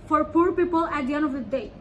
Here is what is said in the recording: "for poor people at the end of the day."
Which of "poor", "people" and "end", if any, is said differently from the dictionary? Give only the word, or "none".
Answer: end